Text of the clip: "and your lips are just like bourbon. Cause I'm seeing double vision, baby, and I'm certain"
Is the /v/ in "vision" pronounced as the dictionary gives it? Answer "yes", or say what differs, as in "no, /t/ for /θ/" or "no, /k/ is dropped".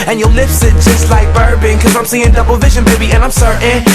yes